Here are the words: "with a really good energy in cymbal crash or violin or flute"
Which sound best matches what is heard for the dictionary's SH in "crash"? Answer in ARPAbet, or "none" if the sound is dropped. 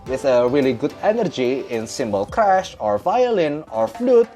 SH